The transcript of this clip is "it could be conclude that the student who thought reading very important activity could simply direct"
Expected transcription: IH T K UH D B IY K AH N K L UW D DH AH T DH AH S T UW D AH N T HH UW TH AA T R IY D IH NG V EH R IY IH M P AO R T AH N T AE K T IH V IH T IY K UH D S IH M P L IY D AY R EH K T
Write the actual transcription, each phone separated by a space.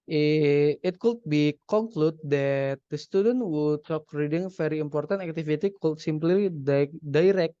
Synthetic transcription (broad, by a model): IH T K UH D B IY K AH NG K L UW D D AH T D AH S T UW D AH N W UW T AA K R IY D IH NG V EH R IY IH M P AO R T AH N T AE K T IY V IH T IY K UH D S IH M P L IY D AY R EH K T